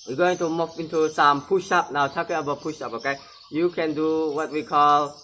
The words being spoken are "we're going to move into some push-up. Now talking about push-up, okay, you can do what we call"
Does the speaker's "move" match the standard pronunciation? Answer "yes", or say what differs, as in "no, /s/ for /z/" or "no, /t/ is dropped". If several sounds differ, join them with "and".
no, /f/ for /v/